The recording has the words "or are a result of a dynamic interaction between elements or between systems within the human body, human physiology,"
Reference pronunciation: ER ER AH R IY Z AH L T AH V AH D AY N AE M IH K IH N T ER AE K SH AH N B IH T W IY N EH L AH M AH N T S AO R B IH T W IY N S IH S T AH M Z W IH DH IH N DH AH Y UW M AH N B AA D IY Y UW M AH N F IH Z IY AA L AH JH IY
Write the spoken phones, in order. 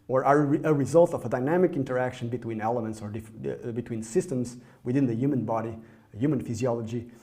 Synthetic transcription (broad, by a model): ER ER AH R IY Z AH L T AH V AH D AY N AE M IH K IH N T ER AE K SH AH N B IH T W IY N EH L AH M AH N T S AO R B IH T W IY N S IH S T AH M Z W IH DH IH N DH AH Y UW M AH N B AA D IY Y UW M AH N F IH Z IY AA L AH JH IY